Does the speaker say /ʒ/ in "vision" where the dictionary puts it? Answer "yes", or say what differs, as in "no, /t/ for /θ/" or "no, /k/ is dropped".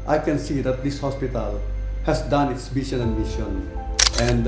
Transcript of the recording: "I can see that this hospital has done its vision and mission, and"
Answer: no, /ʃ/ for /ʒ/